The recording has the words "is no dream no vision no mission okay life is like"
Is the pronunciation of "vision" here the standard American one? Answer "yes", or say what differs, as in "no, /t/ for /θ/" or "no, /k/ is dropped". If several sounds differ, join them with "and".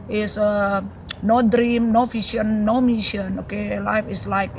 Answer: no, /f/ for /v/ and /ʃ/ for /ʒ/